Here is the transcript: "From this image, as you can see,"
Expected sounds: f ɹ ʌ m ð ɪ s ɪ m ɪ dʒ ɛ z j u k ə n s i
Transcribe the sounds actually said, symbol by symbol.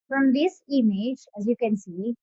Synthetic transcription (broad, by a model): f ɹ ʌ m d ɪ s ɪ m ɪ dʒ ɛ z j u k ə n s i